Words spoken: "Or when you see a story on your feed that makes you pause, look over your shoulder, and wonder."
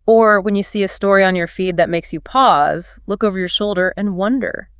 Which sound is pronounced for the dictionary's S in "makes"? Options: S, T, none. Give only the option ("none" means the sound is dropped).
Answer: S